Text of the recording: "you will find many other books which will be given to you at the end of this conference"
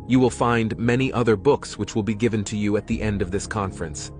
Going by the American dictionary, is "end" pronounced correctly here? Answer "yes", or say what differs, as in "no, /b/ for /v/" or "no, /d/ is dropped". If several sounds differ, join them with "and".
yes